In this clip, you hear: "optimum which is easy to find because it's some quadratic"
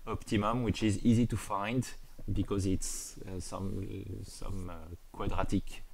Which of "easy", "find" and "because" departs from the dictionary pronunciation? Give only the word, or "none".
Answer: none